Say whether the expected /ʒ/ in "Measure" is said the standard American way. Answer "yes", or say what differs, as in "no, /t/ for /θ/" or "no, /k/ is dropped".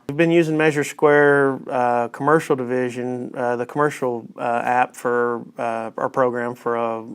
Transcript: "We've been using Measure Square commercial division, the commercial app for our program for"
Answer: yes